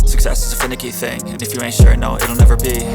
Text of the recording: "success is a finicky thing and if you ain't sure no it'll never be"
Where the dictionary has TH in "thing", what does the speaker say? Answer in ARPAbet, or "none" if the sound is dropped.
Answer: TH